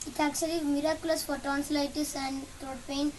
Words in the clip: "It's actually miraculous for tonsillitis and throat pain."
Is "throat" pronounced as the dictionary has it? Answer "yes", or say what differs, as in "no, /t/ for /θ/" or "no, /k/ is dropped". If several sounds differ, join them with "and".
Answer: no, /t/ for /θ/